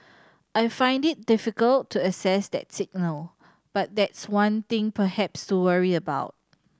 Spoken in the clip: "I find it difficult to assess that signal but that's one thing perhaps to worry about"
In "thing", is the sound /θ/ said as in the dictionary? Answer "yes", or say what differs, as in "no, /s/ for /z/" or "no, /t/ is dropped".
no, /t/ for /θ/